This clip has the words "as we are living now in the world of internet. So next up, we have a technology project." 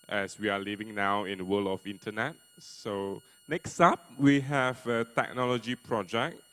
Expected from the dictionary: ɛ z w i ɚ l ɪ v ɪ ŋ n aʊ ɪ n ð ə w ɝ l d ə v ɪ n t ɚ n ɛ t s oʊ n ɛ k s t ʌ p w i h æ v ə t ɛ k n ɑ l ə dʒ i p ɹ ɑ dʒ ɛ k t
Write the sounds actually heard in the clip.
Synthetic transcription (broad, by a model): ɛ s w i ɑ l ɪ v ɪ ŋ n aʊ ɪ n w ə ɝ l ə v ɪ n t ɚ n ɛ t s oʊ n ɛ k s t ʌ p w i h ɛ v ə t ɛ k n ɑ l ə dʒ i p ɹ ɑ dʒ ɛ k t